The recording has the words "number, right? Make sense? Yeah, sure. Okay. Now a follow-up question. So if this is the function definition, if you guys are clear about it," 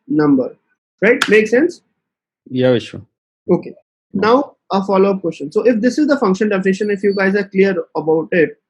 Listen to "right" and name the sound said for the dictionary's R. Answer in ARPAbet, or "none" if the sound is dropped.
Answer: R